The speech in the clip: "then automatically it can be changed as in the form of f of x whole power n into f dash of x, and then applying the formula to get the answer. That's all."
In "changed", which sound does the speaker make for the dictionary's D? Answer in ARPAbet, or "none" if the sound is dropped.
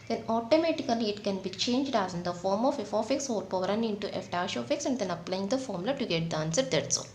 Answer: D